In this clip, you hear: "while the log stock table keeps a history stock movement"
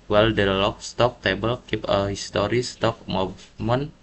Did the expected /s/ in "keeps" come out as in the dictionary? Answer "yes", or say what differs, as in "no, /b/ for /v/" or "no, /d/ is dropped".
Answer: no, /s/ is dropped